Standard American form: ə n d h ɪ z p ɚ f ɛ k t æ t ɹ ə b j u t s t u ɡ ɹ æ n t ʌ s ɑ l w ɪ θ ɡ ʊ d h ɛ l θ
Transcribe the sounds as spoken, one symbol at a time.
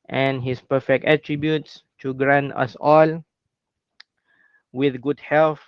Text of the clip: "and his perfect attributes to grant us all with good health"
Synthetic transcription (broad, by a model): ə n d h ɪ s p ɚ f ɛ k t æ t ɹ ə b j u t s t u ɡ ɹ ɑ n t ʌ s ɑ l w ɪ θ ɡ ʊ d h ɛ l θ